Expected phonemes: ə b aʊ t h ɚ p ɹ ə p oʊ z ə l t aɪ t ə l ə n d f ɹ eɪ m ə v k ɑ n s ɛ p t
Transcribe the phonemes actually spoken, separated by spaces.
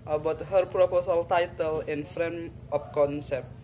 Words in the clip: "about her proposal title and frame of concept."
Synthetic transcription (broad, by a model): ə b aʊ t h ɚ p ɹ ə p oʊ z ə l t aɪ t ə l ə n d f ɹ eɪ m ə p k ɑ n s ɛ p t